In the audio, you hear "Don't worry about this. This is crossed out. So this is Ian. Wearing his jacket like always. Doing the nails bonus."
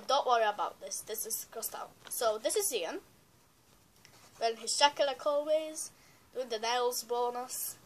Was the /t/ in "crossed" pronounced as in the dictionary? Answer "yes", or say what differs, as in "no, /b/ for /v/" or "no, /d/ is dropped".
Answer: yes